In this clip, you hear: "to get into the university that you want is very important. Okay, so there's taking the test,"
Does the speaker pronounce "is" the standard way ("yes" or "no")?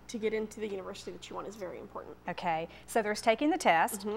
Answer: yes